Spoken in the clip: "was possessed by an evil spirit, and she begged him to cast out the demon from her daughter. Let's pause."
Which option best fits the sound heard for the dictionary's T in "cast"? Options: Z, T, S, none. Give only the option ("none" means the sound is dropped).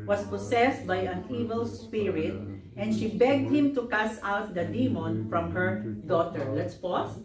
none